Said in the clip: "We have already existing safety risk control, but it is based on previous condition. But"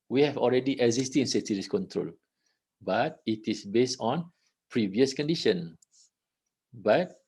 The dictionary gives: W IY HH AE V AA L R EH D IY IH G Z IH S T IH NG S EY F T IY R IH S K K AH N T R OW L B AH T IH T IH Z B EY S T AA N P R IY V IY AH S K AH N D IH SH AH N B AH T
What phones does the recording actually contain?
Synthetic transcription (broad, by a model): W IY HH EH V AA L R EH D IY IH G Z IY S T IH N S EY T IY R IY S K K AH N T R OW L B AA T IH T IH S B EY S T AA N P R IY V IY AH S K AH N D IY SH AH N B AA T